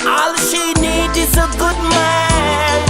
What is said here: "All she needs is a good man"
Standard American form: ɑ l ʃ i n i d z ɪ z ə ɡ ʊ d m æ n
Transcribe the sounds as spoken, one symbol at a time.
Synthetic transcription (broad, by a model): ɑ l ʃ i n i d ɪ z ə ɡ ʊ d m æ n